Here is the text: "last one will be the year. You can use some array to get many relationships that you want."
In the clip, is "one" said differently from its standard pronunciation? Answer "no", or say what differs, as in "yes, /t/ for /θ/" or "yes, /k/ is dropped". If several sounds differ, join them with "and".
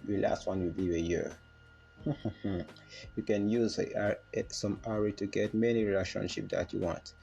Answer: no